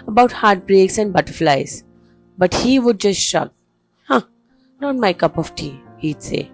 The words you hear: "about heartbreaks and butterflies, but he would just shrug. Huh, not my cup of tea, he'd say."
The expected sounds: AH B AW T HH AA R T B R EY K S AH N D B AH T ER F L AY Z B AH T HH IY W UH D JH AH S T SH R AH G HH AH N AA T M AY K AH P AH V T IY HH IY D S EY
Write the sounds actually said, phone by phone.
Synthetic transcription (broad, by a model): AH B AW T HH AA R T B R EY K S AH N D B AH T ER F L AY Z B AH T HH IY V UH D JH AH S T SH AH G HH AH N AA T M AY K AH P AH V T IY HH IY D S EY